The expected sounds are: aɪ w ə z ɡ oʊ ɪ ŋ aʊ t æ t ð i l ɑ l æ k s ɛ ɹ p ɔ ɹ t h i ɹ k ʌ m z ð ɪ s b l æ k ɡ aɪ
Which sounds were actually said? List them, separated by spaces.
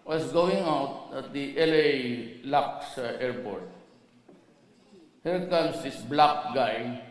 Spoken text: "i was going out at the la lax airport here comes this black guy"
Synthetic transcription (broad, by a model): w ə s ɡ oʊ ɪ ŋ aʊ t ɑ t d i l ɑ l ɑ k s ɛ ɹ p ɔ ɹ t h i ɹ k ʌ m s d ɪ s b l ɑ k ɡ aɪ